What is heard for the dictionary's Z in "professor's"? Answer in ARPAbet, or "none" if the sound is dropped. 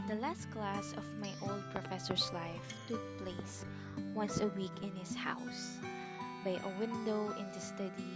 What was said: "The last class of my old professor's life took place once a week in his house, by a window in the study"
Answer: S